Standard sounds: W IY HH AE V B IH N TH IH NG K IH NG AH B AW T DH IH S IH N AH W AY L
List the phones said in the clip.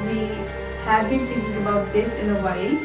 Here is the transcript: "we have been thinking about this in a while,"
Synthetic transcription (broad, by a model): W IY HH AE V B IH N T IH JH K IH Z AH B AW T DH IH S IH N AH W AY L